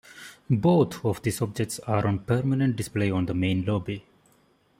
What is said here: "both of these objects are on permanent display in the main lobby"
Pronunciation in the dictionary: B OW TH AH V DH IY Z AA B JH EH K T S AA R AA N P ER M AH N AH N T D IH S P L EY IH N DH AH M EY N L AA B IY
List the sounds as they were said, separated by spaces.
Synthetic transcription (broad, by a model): B OW T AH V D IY S AA B JH EH K T S AA R AA N P ER M AH N AH N T D IH S P L EY IH N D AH M EY N L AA B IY